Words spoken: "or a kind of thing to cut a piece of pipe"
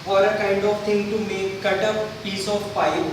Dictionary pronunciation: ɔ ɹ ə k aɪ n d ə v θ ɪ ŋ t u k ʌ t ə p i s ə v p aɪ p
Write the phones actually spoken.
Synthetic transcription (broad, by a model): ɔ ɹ ə k aɪ n d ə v t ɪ ŋ t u k ʌ t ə p i s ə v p aɪ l